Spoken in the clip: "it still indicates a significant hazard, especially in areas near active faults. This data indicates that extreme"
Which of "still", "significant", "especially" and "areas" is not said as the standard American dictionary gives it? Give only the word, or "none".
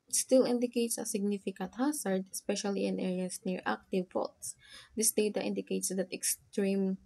areas